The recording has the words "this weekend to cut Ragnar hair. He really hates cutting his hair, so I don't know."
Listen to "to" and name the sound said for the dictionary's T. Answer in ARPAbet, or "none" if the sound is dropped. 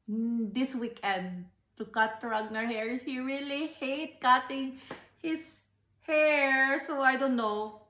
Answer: T